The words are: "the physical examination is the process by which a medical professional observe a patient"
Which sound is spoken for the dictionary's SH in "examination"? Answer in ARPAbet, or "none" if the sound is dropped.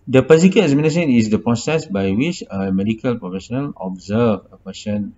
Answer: S